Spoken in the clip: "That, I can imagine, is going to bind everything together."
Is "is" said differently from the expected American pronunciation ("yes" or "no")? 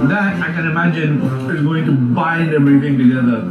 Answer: no